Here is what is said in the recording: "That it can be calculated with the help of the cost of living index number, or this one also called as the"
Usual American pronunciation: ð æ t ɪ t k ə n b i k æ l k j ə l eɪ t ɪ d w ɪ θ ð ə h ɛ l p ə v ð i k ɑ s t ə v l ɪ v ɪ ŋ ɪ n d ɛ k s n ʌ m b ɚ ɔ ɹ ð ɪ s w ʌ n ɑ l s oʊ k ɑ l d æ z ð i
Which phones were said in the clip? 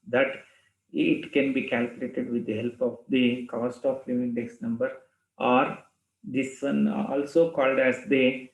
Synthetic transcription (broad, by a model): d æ t ɪ t k ə n b i k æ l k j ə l eɪ t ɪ d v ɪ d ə h ɛ l p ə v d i k ɑ s t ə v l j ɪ ɪ n d ɛ k s n ʌ m b ɚ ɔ ɹ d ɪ s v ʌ n ɑ l s oʊ k ɑ l d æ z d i